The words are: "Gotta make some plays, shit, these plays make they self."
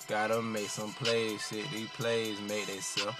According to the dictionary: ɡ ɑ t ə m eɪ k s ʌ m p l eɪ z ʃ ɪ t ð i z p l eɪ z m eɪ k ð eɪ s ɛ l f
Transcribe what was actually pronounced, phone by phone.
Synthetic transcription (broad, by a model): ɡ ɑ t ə m eɪ k s ʌ m p l eɪ z s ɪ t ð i p l eɪ z m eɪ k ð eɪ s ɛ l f